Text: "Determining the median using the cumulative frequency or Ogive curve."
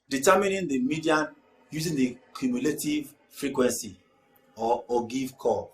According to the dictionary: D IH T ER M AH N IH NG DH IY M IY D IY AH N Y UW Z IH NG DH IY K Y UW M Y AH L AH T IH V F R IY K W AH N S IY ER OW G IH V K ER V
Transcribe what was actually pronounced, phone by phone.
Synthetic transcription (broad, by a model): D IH T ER M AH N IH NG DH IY M IY D IY AH N Y UW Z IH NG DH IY K Y UW M Y AH L AH T IH V F R IY K W AH N S IY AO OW G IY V K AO